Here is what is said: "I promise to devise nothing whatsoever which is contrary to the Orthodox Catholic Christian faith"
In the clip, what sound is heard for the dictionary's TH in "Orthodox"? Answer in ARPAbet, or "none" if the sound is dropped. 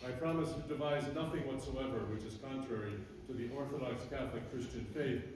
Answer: TH